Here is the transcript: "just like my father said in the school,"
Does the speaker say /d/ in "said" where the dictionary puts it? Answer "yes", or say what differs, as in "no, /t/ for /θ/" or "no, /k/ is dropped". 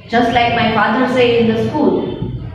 no, /d/ is dropped